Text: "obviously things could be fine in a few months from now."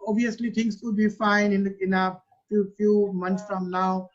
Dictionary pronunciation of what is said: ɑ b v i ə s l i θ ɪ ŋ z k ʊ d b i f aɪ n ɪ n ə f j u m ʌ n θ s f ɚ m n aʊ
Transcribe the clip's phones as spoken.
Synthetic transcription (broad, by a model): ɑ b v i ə s l i t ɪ ŋ s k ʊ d b i f aɪ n ɪ n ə f j u m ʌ n t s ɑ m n aʊ